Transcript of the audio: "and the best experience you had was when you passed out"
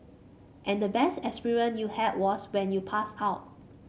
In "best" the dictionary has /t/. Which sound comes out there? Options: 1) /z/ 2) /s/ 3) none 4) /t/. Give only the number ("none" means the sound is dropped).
4